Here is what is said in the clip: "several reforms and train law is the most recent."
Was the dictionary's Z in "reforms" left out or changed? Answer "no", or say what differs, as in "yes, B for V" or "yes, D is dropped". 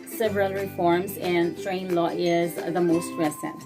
no